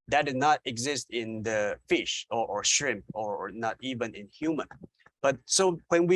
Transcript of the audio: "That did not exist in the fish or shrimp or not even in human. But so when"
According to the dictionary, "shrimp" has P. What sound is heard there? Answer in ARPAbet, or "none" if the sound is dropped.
P